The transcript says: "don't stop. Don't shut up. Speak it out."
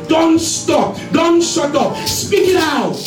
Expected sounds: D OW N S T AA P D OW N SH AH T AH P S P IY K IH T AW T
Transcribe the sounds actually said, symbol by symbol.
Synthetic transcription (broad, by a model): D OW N S T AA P D OW N S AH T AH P S P IY K IH T AW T